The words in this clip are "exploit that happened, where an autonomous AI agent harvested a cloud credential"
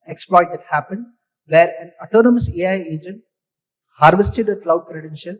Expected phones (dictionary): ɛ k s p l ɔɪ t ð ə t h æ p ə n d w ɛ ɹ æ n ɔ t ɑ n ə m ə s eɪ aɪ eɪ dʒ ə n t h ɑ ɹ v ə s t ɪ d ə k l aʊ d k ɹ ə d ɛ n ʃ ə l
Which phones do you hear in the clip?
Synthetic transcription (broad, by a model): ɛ k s p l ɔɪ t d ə t h æ p ə n d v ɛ ɹ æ n ɔ t ɑ n ə m ə s eɪ aɪ eɪ dʒ ə n t h ɑ ɹ v ə s t ɪ d ə k l aʊ d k ɹ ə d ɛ n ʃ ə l